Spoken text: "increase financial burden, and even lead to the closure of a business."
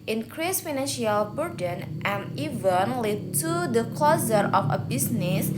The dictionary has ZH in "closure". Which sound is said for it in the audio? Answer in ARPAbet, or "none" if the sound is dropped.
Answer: Z